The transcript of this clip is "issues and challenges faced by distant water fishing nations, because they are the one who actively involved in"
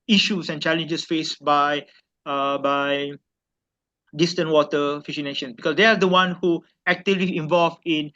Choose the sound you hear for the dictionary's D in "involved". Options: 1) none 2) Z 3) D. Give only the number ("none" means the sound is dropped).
1